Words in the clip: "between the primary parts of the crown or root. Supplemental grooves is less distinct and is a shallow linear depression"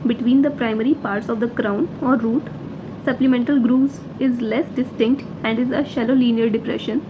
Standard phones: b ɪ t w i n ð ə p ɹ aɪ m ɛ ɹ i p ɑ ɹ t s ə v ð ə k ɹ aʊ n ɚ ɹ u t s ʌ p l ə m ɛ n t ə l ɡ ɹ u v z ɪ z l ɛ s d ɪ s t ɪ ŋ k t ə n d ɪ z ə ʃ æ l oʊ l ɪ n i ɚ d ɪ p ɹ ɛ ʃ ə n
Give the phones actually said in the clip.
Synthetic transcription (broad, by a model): b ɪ t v i n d ə p ɹ aɪ m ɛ ɹ i p ɑ ɹ t s ə v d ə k ɹ aʊ n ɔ ɹ u t s ʌ p l ə m ɛ n t ə l ɡ ɹ u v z ɪ z l ɛ s d ɪ s t ɪ ŋ k t ə n d ɪ z ə ʃ æ l oʊ l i n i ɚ d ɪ p ɹ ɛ ʃ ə n